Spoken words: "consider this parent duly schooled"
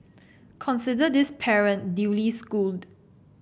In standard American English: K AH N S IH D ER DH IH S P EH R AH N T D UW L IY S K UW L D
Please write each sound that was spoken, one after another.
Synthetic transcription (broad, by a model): K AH N S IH D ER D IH S P EH R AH N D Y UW L IY S K UW L D